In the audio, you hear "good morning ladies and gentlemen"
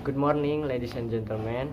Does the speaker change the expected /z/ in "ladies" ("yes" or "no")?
yes